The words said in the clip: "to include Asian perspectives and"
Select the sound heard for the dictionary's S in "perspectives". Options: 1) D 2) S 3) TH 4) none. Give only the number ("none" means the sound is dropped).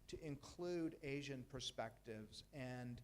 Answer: 2